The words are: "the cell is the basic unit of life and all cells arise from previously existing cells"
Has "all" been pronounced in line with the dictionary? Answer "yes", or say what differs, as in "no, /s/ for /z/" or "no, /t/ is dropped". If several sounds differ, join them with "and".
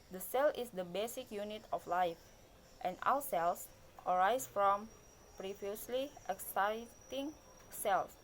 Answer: no, /w/ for /l/